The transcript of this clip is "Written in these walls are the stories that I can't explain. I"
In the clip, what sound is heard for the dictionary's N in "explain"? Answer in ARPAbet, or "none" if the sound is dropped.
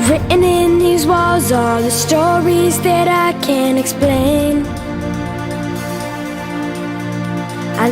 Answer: N